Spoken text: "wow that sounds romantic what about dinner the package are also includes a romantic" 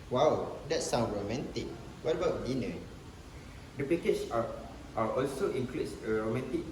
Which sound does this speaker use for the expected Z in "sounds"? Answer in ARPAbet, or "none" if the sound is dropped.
none